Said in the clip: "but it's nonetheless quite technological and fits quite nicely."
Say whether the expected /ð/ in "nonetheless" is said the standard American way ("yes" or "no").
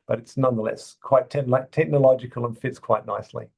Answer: yes